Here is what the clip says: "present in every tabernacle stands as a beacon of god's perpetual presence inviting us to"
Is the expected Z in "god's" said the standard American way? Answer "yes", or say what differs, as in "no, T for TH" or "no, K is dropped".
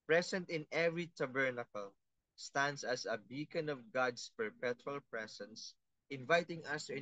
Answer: no, S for Z